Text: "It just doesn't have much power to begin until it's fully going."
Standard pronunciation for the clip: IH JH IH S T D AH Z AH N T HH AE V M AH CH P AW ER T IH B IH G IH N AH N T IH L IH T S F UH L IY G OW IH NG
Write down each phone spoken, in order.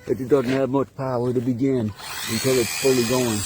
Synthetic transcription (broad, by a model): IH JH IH D AH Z N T HH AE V M AH CH P AW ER T IH B IH G IH N AH N T IH L IH T S F UH L IY G OW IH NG